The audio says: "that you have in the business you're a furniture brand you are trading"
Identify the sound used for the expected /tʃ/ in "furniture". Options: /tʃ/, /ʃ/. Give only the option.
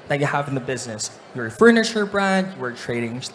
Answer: /ʃ/